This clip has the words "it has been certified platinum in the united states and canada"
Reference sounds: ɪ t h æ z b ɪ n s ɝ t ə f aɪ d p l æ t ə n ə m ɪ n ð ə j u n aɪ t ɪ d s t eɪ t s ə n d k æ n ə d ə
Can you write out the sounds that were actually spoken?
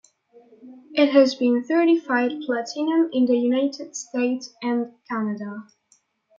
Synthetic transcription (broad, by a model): ɪ t h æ z b ɪ n θ ɝ t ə f aɪ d p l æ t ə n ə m ɪ n ð ə j u n aɪ t ɪ d s t eɪ t s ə n k æ n ə d ə